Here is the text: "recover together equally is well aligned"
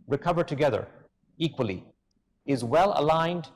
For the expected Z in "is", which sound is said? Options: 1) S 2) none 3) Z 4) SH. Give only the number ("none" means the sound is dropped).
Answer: 3